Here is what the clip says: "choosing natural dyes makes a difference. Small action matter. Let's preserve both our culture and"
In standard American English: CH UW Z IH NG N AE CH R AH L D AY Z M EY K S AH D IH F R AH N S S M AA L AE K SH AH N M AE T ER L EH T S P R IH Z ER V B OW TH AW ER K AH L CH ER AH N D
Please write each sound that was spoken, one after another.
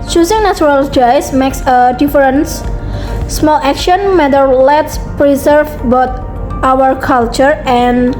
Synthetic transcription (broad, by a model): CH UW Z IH NG N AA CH R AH L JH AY S M EY K S AH D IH F R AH N S S M AA L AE K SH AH N M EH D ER L EH T S P R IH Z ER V B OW T AW ER K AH L CH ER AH N